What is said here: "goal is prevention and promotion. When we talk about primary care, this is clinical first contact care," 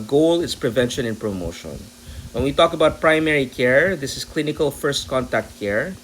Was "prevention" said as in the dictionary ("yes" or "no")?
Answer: yes